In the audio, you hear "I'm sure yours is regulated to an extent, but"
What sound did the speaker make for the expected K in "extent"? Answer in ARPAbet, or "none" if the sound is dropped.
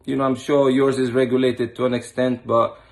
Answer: K